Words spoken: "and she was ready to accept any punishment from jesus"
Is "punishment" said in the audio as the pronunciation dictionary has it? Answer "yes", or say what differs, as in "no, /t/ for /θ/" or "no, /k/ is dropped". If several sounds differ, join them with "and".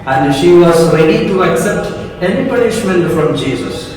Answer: yes